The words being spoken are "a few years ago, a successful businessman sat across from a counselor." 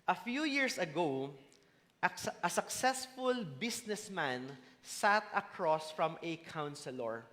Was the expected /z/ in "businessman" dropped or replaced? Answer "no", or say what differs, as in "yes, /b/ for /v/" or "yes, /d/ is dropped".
yes, /s/ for /z/